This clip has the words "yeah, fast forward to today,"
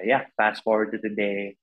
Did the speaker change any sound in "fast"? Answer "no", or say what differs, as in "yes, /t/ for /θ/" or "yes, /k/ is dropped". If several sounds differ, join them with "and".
yes, /p/ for /f/